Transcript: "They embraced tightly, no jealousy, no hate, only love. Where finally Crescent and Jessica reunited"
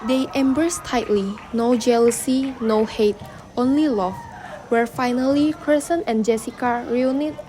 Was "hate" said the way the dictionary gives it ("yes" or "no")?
yes